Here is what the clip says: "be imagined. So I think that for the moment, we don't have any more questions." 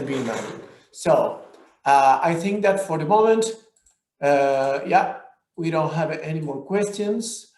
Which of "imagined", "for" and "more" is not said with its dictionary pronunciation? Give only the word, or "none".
imagined